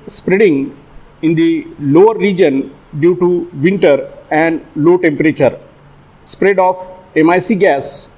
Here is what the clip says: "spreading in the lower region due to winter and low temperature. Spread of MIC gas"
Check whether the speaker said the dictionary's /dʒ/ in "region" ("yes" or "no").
yes